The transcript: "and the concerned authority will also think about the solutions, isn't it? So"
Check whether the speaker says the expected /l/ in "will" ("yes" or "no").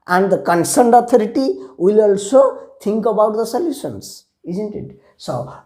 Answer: yes